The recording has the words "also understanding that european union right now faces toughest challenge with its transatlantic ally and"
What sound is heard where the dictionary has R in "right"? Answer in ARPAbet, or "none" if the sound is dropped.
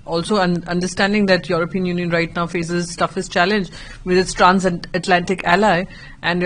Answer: R